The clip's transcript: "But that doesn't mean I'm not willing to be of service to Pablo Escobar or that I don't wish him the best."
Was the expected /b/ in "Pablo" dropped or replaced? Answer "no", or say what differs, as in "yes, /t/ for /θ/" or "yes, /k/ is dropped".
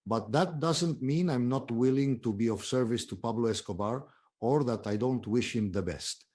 no